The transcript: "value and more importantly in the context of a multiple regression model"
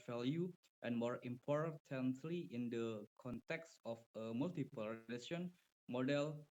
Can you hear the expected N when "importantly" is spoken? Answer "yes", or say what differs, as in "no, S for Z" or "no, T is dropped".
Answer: yes